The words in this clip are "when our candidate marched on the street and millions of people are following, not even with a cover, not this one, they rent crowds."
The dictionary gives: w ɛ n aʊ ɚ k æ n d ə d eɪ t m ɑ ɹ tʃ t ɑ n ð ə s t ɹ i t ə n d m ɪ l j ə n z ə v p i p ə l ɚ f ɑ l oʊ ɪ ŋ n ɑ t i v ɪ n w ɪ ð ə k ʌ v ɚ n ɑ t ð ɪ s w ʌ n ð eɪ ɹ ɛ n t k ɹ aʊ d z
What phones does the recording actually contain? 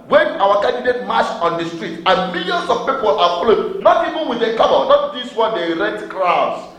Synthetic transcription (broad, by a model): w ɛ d aʊ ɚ k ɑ n d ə d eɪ t m ɑ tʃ ɑ n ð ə s t ɹ i t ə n m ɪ l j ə n s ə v p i p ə l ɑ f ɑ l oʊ n ɑ t i v ɪ n w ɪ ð ə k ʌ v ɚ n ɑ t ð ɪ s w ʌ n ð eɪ ɹ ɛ t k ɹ aʊ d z